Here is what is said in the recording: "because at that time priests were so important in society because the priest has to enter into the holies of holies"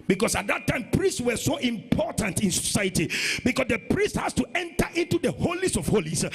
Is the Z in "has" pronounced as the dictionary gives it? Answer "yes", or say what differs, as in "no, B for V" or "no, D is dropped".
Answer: no, S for Z